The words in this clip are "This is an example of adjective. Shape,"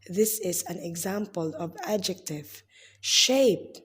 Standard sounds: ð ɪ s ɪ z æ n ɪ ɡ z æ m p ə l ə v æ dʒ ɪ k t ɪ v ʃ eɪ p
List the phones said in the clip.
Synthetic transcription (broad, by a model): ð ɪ s ɪ z æ n ɪ ɡ z æ m p ə l ə v æ dʒ ɪ k t ɪ v ʃ eɪ p